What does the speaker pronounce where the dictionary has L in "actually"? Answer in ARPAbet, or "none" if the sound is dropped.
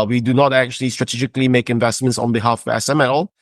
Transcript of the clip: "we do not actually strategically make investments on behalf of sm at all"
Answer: L